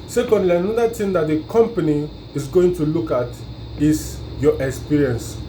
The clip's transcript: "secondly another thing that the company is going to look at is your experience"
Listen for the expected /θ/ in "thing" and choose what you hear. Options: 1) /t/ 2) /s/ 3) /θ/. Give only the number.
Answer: 1